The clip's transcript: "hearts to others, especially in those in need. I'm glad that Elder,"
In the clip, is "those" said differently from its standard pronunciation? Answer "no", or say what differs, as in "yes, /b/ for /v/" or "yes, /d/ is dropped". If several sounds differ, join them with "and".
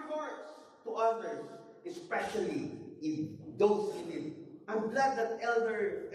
yes, /s/ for /z/